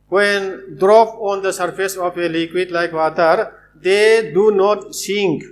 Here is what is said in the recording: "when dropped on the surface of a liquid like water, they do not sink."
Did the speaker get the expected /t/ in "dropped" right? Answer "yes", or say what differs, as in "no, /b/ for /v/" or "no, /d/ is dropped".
no, /t/ is dropped